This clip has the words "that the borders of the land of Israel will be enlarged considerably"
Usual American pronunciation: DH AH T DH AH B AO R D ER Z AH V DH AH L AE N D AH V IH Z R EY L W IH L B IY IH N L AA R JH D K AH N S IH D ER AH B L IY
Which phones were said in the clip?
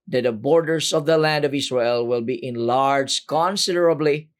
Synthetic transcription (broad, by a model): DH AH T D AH B AO R D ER S AH V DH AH L AE N D AH V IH S R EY L W IH L B IY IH N L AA R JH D K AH N S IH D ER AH B L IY